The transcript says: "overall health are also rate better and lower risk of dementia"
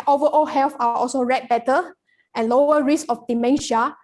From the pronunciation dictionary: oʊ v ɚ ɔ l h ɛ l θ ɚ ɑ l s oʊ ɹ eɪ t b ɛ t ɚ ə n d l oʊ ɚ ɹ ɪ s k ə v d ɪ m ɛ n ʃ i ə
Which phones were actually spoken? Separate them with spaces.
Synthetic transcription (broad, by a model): oʊ v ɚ ɔ l h ɛ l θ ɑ ɑ l s oʊ ɹ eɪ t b ɛ t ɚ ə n l oʊ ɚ ɹ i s ə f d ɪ m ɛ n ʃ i